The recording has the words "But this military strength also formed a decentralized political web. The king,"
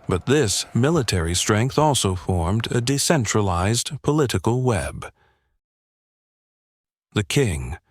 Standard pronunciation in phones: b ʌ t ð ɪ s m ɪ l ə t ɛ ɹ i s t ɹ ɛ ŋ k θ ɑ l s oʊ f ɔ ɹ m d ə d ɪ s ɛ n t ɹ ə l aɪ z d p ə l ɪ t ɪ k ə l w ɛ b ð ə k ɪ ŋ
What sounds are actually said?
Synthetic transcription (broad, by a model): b ʌ t ð ɪ s m ɪ l ə t ɛ ɹ i s t ɹ ɛ ŋ k θ ɑ l s oʊ f ɔ ɹ m d ə d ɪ s ɛ n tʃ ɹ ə l aɪ z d p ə l ɪ t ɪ k l w ɛ b ð ə k ɪ ŋ